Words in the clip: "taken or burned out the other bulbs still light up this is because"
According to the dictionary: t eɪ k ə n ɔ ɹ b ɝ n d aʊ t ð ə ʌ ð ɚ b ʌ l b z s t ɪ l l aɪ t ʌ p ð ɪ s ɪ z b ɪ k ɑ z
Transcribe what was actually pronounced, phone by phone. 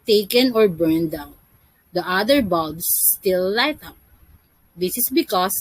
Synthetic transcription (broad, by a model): t eɪ k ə n ɔ ɹ b ɝ n d aʊ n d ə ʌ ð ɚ b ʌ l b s t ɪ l l aɪ t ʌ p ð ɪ s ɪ s b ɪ k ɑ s